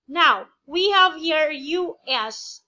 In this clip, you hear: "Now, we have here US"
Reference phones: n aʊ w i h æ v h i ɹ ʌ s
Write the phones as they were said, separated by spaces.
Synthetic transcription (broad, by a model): n aʊ w i h æ v h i ɹ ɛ s